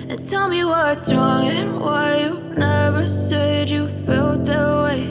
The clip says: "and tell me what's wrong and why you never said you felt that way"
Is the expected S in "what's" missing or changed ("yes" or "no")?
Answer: yes